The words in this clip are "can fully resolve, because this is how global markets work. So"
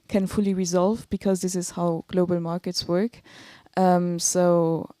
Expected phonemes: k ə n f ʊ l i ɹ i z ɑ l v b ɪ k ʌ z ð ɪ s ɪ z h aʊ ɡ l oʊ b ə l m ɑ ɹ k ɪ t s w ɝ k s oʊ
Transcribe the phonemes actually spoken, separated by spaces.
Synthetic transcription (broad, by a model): k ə n f ʊ l i ɹ i z ɑ l v b ɪ k ʌ z ð ɪ s ɪ z h aʊ ɡ l oʊ b ə l m ɑ ɹ k ɪ t s w ɝ k s oʊ